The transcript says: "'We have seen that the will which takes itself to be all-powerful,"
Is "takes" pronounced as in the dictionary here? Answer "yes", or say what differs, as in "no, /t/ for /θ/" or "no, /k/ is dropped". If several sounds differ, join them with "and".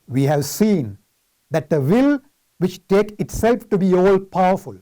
no, /s/ is dropped